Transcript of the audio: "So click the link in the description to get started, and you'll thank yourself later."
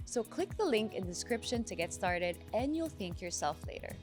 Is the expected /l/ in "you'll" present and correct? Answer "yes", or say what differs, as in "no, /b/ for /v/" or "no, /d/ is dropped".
yes